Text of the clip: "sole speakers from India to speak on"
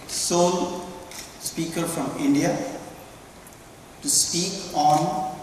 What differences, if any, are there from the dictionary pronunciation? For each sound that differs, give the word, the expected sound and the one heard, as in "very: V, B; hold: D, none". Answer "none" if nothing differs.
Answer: speakers: Z, none